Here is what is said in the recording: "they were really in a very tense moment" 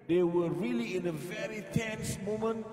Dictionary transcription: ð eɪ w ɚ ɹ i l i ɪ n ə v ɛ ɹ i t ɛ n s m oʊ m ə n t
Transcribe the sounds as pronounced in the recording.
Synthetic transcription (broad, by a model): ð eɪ w ɚ ɹ i l i ɪ n ə v ɛ ɹ i t ɛ n s m oʊ m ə n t